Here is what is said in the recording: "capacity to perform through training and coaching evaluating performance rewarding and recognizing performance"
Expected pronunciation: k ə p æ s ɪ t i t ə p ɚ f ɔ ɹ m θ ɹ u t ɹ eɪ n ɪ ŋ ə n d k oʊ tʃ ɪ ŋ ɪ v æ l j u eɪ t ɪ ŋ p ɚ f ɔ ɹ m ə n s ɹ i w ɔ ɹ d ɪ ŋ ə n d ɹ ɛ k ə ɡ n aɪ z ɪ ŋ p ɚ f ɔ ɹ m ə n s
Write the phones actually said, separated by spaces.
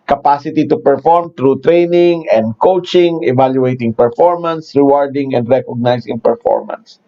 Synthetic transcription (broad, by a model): k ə p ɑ s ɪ t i t ə p ɚ f ɔ ɹ m t ɹ u t ɹ eɪ n ɪ ŋ ə n d k oʊ tʃ ɪ ŋ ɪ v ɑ l j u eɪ t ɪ ŋ p ɚ f ɔ ɹ m ə n s ɹ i w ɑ ɹ d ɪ ŋ ə n d ɹ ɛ k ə ɡ n aɪ s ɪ ŋ p ɚ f ɔ ɹ m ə n s